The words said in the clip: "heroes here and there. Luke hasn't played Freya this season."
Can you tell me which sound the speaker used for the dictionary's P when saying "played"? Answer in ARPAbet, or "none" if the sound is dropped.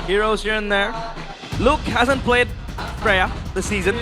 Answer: P